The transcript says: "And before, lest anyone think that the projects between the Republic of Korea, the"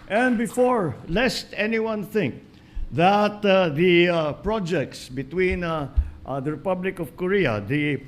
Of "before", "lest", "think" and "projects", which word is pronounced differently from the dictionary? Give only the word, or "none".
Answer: none